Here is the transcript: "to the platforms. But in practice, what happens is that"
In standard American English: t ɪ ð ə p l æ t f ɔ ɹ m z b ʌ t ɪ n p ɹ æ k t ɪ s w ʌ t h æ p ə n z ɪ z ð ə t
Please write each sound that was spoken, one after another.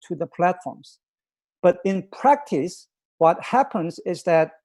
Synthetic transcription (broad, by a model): t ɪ ð ə p l æ t f ɔ ɹ m z b ʌ t ɪ n p ɹ æ k t ɪ s w ʌ t h æ p ə n z ɪ z ð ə t